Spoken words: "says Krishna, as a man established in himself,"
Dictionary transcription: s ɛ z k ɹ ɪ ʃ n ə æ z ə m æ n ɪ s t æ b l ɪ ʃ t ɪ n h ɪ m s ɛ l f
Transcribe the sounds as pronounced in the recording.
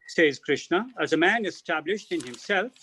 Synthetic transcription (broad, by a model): s ɛ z k ɹ ɪ ʃ n ə æ z ə m æ n ɪ s t æ b l ɪ ʃ t ɪ n h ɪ m s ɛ l f